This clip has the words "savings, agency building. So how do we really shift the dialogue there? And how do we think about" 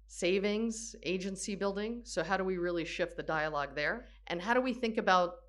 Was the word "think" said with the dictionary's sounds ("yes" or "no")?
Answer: yes